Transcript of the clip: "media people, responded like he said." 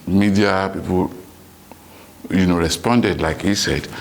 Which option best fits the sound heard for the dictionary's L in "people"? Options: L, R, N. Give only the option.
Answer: N